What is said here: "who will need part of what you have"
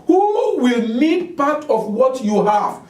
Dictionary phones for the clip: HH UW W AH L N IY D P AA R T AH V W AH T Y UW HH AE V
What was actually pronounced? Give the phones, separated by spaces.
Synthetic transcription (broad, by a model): HH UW W AH L L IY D P AA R T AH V W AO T Y UW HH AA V